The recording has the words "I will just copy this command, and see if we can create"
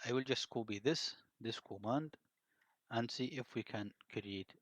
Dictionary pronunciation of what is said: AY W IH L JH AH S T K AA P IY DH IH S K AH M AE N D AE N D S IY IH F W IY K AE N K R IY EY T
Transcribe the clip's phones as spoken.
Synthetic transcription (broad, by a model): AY W IH L JH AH S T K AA B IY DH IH S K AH M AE N D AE N D S IY IH F W IY K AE N K R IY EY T